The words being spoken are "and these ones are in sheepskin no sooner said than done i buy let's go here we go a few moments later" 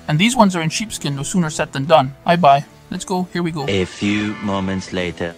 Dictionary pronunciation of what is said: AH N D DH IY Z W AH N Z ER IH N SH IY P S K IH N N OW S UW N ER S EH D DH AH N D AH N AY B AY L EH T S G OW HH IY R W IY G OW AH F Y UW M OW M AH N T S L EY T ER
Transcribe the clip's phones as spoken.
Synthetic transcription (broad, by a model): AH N DH IY Z W AH N Z ER IH N SH IY P S K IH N N OW S UW N ER S EH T DH AH N D AH N AY B AY L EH T S G OW HH IY R W IY G OW AH F Y UW M OW M AH N T S L EY T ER